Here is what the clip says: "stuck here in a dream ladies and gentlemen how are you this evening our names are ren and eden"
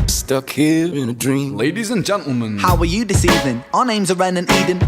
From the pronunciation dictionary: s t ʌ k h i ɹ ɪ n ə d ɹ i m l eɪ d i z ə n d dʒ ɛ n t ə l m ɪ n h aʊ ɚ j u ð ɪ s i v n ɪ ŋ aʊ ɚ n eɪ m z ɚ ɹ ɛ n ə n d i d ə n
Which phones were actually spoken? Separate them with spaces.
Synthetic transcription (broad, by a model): s t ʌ k h i ɹ ɪ n ə d ɹ i m l eɪ d i z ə n dʒ ɛ n t l m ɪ n h aʊ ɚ j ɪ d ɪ s i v ɪ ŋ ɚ n eɪ m z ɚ ɹ ɛ n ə n i d n